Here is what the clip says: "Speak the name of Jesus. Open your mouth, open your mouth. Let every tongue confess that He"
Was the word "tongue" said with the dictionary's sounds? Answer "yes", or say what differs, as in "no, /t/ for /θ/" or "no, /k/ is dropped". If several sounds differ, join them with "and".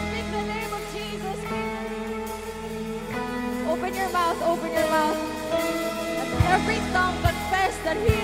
no, /s/ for /t/